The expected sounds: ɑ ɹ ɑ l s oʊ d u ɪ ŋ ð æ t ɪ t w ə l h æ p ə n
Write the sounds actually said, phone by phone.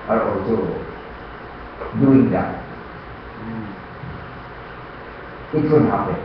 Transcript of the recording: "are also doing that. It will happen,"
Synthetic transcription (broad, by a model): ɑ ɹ ɑ l s oʊ d u ɪ ŋ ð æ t ɪ t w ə n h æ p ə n